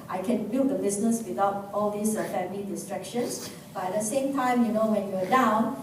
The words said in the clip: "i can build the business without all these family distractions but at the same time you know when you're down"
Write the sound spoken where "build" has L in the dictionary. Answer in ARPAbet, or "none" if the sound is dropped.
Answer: none